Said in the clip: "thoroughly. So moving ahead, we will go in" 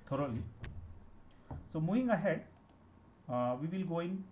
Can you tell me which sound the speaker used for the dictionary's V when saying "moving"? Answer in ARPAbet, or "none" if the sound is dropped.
none